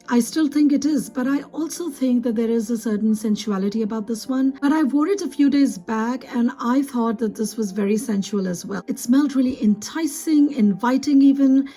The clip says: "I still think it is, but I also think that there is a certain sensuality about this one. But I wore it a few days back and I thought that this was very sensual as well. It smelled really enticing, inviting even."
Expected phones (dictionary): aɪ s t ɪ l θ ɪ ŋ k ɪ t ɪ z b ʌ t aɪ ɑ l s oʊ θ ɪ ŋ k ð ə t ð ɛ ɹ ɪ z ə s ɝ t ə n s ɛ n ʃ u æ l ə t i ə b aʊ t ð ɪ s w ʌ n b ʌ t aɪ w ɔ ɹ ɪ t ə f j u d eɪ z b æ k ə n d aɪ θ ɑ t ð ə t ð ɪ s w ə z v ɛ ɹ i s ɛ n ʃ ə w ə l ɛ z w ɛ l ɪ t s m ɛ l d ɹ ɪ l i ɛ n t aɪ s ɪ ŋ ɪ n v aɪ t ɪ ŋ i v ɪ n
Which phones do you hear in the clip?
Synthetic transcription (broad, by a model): aɪ s t ɪ l θ ɪ ŋ k ɪ t ɪ z b ʌ t aɪ ɑ l s oʊ θ ɪ ŋ k ð ə t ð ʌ ɹ ɪ z ə s ɝ t n s ɛ n ʃ u æ l ə t i ə b aʊ t ð ɪ s w ʌ n b ʌ t aɪ w ɔ ɹ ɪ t ə f j u d eɪ z b æ k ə n aɪ θ ɑ t ð ə t ð ɪ s w ə z v ɛ ɹ i s ɛ n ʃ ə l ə z w ɛ l ɪ t s m ɛ l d ɹ ɪ l i ɛ n t aɪ s ɪ ŋ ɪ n v aɪ t ɪ ŋ i v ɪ n